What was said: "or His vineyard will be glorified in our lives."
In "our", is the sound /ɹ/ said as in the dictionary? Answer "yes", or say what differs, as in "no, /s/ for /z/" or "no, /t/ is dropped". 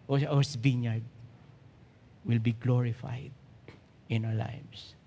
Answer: no, /w/ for /ɹ/